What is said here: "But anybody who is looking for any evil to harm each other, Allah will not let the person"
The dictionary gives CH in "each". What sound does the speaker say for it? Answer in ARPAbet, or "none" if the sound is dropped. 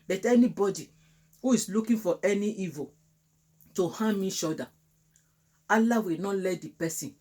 SH